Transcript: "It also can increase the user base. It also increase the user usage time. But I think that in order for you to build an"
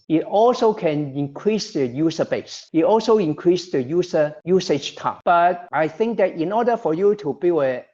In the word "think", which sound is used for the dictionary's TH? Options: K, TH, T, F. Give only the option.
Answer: TH